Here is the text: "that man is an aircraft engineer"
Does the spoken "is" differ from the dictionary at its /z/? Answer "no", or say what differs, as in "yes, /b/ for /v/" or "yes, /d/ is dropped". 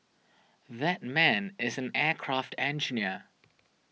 no